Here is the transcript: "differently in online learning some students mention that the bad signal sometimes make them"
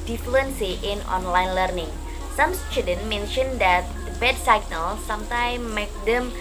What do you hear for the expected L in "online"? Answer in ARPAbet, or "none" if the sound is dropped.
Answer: L